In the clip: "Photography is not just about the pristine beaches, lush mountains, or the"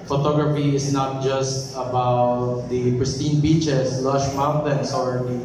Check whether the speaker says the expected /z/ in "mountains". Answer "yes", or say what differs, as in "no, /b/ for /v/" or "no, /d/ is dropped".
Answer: no, /s/ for /z/